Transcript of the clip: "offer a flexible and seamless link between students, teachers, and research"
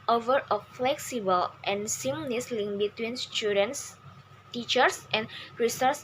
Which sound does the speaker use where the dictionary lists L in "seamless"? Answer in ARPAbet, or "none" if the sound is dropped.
N